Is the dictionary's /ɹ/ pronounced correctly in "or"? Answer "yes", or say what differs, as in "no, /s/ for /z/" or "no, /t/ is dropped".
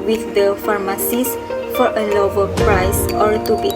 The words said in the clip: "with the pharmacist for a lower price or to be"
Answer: yes